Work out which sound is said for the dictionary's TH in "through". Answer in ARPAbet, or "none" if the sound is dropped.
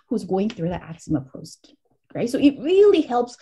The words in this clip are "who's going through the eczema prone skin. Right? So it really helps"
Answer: TH